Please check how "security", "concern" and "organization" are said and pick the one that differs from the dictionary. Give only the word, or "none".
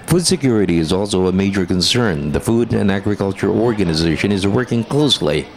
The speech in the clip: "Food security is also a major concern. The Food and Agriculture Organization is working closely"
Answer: none